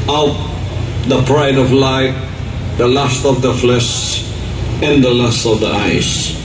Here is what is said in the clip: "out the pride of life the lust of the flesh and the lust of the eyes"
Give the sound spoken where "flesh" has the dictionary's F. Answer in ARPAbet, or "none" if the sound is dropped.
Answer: F